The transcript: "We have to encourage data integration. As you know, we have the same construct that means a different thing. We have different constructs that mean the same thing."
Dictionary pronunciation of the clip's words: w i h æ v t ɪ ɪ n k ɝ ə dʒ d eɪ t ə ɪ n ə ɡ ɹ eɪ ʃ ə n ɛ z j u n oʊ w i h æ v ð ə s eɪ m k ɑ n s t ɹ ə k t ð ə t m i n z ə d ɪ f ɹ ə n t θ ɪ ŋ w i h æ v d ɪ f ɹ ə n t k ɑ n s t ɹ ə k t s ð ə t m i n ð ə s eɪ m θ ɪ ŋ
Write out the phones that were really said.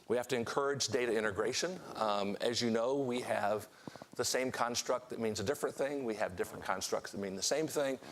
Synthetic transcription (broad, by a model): w i h æ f t ɪ ɪ n k ɝ ə dʒ d eɪ t ə ɪ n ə ɡ ɹ eɪ ʃ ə n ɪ z j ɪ n oʊ w i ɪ v ð ə s eɪ m k ɑ n s t ɹ ə k t ð ə t m i n z ə d ɪ f ɹ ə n θ ɪ ŋ w i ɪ v d ɪ f ɹ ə n k ɑ n s t ɹ ə k t s ð ə t m i n ð ə s eɪ m θ ɪ ŋ